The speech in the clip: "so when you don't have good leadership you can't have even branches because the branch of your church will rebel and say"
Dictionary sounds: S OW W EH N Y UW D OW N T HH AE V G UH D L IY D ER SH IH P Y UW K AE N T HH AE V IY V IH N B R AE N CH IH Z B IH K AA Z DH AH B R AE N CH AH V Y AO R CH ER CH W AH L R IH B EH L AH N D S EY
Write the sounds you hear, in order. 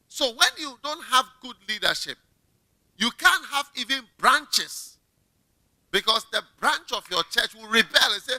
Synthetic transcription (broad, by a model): S OW W EH N Y UW D OW N T HH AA V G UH D L IY D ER SH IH P Y UW K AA N T HH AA V IY V IH N B R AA N CH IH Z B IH K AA S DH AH B R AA N CH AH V Y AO CH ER CH W AH L R IH B EH L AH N S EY